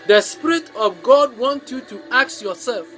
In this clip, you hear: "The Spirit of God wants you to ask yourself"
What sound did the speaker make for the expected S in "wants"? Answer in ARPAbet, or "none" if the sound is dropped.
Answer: none